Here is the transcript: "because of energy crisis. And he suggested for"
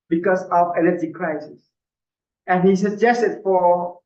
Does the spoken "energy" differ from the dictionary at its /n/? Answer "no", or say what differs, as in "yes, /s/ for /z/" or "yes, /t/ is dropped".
yes, /l/ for /n/